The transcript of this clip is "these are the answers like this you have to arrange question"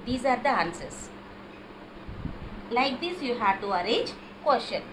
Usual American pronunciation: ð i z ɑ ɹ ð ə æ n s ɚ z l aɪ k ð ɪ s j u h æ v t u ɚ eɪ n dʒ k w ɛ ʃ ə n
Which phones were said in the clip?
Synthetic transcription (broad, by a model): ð i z ɑ ɹ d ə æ n s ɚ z l aɪ k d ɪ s j u h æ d t u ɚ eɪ dʒ k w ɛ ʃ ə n